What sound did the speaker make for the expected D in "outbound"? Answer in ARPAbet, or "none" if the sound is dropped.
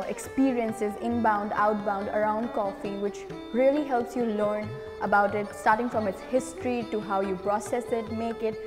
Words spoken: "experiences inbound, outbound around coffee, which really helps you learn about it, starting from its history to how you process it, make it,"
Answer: D